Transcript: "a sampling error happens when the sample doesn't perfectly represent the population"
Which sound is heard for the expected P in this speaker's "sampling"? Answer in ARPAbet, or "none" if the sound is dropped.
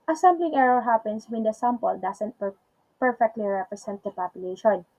B